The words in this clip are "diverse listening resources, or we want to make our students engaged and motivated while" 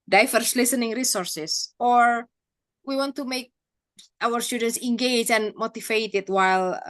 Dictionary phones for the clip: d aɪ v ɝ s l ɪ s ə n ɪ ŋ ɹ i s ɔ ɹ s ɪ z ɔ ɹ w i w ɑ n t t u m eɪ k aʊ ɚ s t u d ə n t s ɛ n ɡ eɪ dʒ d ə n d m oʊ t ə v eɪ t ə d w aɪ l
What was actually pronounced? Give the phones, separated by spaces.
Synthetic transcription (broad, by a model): d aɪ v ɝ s l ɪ s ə n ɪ ŋ ɹ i s ɔ ɹ s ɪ s ɔ ɹ w i w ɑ n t t u m eɪ k aʊ ɚ s t u d ə n t s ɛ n ɡ eɪ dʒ ə n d m oʊ t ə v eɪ t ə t w aɪ l